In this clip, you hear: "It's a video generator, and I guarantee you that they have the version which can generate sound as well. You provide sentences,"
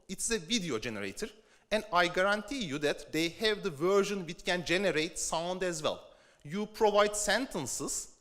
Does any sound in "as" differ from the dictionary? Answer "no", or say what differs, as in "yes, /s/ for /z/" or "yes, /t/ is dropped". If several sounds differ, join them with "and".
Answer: no